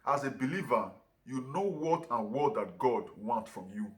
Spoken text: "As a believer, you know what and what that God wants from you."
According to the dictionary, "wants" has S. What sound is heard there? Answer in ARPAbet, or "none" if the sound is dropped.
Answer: none